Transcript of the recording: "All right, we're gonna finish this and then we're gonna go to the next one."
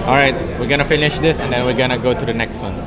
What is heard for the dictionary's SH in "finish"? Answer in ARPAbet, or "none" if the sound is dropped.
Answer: SH